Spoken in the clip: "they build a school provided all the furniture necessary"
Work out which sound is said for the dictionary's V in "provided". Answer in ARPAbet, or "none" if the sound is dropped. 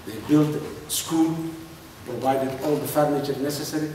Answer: V